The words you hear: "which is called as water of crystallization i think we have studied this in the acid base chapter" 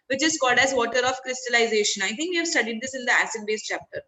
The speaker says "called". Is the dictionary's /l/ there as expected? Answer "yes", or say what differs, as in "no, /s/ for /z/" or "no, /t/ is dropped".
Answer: yes